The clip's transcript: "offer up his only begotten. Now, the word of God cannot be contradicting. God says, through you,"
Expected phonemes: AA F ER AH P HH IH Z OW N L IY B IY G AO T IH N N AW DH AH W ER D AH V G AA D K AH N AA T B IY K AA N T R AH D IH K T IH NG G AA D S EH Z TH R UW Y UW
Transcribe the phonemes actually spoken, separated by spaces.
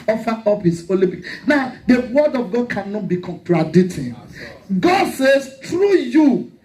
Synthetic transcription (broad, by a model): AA F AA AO P HH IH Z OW L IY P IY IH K N AW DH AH W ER D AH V G AA D K AH N AA T B IY K AA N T R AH D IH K T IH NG G AA D S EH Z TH R UW Y UW